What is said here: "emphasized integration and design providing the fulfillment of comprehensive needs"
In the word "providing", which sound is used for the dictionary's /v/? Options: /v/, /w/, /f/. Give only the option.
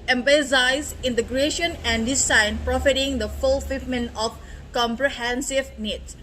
/f/